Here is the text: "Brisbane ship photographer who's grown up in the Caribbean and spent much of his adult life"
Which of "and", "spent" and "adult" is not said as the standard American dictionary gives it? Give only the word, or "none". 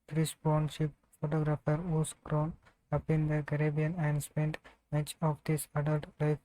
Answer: none